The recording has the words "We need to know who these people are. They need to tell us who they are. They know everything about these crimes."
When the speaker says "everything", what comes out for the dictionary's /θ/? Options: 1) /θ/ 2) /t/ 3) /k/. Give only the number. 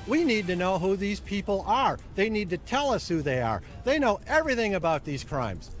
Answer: 1